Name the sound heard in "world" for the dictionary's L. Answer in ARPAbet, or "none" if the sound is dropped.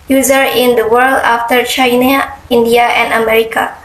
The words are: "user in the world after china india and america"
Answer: L